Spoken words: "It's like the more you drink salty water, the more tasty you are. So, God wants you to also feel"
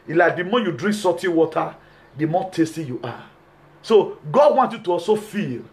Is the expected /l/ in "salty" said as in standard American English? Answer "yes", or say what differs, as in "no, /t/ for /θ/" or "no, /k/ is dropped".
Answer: no, /l/ is dropped